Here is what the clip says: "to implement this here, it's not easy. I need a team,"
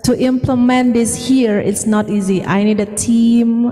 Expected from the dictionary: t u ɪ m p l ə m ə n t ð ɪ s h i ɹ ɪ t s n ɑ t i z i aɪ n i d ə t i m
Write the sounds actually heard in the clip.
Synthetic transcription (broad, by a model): t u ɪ m p l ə m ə n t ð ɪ s h i ɹ ɪ t s n ɑ t i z i aɪ n i d ə t i m